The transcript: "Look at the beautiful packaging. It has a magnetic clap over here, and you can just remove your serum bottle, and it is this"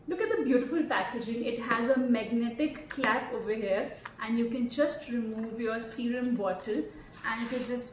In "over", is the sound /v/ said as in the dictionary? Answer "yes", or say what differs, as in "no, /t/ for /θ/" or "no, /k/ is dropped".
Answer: yes